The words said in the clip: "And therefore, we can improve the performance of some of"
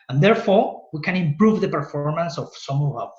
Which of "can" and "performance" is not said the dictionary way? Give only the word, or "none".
none